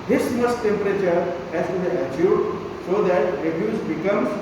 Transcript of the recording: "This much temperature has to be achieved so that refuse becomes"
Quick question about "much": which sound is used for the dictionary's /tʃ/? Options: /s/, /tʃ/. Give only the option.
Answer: /s/